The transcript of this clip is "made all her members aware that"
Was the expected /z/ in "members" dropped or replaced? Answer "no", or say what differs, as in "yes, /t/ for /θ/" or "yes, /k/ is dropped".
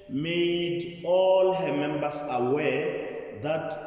yes, /s/ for /z/